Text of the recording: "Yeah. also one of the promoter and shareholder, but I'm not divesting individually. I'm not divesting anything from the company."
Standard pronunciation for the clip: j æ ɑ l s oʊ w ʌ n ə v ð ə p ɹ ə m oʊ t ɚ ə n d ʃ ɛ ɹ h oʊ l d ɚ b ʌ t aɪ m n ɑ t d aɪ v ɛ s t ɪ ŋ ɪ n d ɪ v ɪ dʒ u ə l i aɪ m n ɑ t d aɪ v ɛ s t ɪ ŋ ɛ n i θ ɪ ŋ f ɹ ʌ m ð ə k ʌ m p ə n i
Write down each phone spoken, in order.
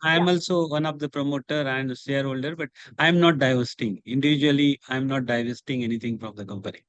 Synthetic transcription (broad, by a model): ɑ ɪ ɑ l s oʊ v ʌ n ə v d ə p ɹ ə m oʊ t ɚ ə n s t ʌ ɹ h oʊ l d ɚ b ʌ t aɪ m n ɑ t d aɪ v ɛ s t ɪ ŋ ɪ n d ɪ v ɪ dʒ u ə l i aɪ m n ɑ t d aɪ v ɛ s t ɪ ŋ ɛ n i t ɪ ŋ f ɹ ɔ m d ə k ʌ m p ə n i